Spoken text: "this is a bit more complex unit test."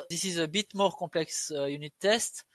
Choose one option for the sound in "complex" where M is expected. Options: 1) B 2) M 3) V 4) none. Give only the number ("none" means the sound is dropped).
4